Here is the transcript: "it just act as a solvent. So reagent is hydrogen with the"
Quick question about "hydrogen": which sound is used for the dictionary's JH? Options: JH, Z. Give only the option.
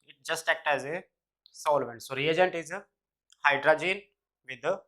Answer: JH